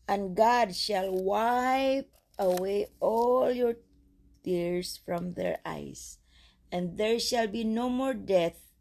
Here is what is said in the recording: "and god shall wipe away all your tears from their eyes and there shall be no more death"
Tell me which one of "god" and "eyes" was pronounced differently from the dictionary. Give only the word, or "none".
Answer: eyes